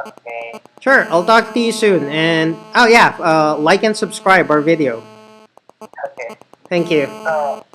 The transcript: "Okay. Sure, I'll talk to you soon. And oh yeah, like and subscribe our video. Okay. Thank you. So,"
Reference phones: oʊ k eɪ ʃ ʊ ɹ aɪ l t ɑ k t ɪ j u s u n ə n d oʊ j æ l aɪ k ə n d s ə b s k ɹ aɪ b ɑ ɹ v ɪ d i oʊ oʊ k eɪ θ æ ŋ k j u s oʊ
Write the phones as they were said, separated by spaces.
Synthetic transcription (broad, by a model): oʊ k eɪ ʃ ʊ ɹ aɪ l t ɑ k t ɪ j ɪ s u n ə n oʊ j æ l aɪ k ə n s ə b s k ɹ aɪ b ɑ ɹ v ɪ d i oʊ oʊ k eɪ θ æ ŋ k j u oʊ